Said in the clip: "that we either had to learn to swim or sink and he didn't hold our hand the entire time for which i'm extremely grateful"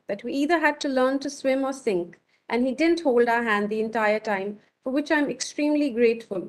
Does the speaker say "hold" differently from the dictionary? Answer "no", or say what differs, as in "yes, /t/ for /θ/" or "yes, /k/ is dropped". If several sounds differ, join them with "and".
no